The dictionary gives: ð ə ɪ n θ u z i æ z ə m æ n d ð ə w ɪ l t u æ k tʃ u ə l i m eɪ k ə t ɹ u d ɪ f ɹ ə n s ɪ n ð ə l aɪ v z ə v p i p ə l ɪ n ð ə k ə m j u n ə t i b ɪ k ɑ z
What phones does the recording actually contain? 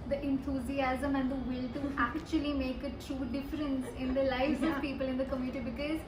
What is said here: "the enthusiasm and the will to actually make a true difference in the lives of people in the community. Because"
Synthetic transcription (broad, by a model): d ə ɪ n t u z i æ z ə m æ n d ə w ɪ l t u æ k tʃ u ə l i m eɪ k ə t ɹ u d ɪ f ɹ ə n s ɪ n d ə l aɪ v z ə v p i p ə l ɪ n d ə k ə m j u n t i b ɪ k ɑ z